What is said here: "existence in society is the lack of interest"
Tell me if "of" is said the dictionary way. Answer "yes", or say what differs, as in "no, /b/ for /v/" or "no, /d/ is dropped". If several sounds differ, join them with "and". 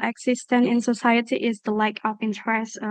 no, /p/ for /v/